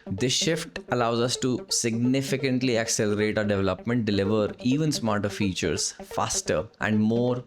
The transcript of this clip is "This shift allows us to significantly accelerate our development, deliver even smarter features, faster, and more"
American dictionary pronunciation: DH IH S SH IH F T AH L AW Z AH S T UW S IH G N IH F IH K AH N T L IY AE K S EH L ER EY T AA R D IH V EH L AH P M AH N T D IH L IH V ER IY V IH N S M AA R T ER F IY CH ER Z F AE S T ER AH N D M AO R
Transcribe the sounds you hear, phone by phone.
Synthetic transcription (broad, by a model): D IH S SH IH F T AH L AW Z AH S T UW S IH G N IH F IH K AH N T L IY AE K S EH L ER EY T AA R D IH V EH L AH P M AH N T D IH L IH V ER IY V IH N S M AA R T ER F IY CH ER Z F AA S T ER AH N D M AO R